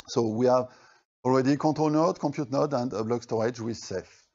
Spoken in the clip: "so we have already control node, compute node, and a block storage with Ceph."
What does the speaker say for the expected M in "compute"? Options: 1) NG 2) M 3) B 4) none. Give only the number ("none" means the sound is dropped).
4